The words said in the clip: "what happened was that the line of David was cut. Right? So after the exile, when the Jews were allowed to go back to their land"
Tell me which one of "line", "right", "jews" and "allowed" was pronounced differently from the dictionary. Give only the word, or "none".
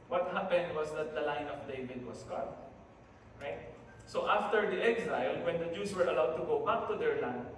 jews